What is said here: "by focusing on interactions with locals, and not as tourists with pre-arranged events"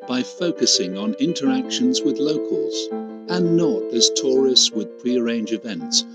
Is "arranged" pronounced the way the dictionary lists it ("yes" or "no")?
no